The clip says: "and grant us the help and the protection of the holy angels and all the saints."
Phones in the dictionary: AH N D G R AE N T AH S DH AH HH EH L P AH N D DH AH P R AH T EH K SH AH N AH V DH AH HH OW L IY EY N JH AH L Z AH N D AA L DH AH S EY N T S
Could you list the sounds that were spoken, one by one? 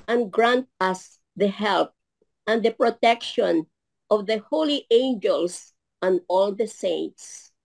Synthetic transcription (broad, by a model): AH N G R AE N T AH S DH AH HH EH L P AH N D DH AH P R AH T EH K SH AH N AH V DH AH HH OW L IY EY N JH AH L S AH N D AA L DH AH S EY N T S